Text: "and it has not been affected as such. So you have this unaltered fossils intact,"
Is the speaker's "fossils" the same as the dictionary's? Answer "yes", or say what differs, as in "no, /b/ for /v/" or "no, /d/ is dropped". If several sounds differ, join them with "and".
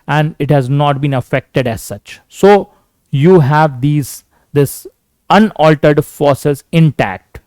no, /l/ is dropped